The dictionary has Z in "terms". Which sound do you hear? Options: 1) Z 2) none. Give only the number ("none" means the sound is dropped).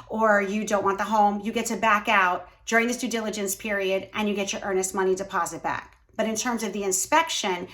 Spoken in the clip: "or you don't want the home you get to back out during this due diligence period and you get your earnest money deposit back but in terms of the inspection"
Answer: 1